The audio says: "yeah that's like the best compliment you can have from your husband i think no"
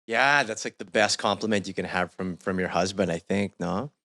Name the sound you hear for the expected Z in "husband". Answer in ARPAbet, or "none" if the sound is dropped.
Z